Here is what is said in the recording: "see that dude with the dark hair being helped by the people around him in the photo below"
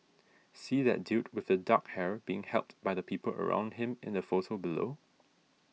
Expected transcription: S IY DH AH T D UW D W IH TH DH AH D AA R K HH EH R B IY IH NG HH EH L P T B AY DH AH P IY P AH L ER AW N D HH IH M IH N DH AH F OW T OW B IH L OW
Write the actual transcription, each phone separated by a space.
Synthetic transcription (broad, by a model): S IY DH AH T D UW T W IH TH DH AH D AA K HH EH R B IY IH NG HH EH L P T B AY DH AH P IY P AH L ER AW N D HH IH M IH N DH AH F OW S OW B IH L OW